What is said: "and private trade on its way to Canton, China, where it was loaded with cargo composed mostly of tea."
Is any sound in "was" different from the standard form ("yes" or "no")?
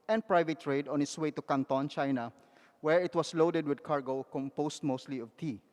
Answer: yes